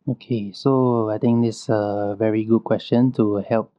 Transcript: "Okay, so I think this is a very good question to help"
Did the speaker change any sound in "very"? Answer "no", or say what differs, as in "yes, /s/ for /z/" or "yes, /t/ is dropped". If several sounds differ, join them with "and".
no